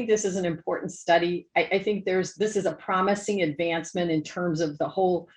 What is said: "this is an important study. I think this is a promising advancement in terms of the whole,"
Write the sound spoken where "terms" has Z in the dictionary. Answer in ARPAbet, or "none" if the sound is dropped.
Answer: Z